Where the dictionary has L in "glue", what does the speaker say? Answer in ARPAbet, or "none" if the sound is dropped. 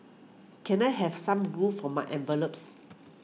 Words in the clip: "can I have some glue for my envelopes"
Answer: none